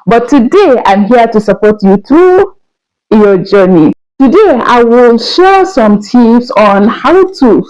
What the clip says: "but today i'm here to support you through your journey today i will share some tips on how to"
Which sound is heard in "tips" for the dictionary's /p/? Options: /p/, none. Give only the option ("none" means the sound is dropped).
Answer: none